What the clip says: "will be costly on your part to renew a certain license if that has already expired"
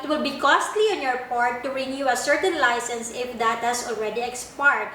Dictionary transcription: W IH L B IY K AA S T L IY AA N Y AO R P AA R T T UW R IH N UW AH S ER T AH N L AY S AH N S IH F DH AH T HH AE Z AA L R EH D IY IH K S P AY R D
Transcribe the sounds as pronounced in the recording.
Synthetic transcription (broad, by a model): W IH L B IY K AA S T L IY AA N Y AO R P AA R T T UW R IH N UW AH S ER T AH N L AY S AH N S IH F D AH T HH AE S AA L R EH D IY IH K S P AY R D